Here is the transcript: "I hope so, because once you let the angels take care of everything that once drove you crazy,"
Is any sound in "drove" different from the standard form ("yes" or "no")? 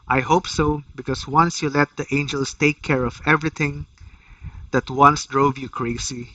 no